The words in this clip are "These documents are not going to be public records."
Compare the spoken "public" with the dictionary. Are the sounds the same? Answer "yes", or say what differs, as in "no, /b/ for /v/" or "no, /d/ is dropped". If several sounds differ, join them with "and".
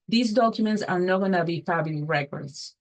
no, /f/ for /p/